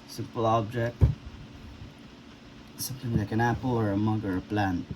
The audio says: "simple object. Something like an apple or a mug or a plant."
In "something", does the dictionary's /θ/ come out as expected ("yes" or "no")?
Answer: no